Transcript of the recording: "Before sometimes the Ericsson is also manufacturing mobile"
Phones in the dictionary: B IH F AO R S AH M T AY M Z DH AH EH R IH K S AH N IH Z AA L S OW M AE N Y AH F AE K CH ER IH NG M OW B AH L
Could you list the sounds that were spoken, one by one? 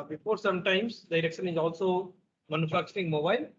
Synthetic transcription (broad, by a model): B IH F AO R S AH M T AY M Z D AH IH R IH K SH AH N IH Z AA L S OW M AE N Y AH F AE K CH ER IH NG M OW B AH L